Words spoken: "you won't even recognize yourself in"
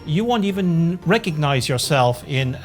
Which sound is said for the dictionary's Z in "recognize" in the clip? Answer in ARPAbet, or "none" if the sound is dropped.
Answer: Z